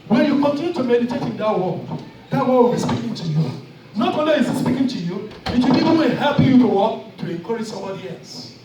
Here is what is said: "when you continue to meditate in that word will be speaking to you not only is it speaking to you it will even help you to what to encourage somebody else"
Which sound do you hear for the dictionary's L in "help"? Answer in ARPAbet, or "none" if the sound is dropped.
none